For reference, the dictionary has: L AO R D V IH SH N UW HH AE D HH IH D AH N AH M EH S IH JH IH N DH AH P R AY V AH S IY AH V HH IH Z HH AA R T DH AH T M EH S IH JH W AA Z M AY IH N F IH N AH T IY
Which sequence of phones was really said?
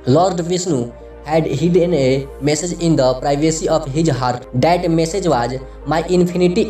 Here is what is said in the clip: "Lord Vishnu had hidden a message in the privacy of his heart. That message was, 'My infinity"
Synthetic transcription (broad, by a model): L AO R D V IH S N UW HH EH D HH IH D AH N AH M EH S IH JH IH N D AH P R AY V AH S IY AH P HH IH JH HH AA R T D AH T M EH S IH JH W AA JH M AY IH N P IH N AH T IY